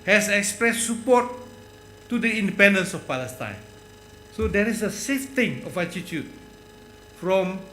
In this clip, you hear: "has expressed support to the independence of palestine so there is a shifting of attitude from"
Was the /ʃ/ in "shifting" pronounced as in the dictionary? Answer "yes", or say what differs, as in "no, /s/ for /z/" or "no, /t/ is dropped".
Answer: no, /s/ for /ʃ/